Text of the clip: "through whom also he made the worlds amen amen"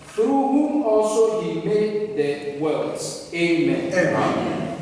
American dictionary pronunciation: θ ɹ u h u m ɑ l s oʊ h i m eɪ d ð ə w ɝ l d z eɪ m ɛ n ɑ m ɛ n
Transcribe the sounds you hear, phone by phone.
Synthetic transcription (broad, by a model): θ ɹ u h u m ɑ l s oʊ h i m eɪ d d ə w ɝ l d eɪ m ɛ n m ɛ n